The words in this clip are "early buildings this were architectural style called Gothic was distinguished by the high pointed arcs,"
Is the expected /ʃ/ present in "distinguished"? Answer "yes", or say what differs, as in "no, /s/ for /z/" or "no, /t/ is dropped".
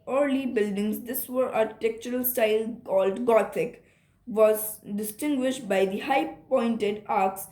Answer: yes